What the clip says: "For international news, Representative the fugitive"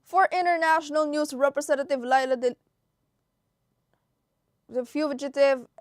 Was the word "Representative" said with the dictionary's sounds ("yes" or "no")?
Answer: no